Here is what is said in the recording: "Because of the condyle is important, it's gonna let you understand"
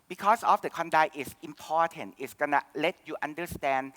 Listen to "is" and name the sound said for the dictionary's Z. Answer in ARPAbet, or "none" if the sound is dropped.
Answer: S